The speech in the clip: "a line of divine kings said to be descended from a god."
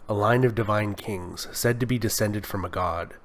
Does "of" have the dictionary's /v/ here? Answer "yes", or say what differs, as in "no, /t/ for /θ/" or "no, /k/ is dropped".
yes